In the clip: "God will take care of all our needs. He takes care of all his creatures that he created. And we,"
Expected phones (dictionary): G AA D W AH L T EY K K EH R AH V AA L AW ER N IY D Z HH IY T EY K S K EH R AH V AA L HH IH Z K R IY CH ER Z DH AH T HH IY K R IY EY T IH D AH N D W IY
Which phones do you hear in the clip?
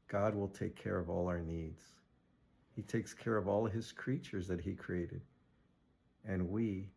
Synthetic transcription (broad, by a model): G AA D W AH L T EY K K EH R AH V AA L AW ER N IY D Z HH IY T EY K S K EH R AH V AA L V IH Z K R IY CH ER Z DH AH T HH IY K R IY EY T IH D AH N W IY